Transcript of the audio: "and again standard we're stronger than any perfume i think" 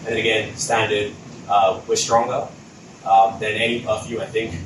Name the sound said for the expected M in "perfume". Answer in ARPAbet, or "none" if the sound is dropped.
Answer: none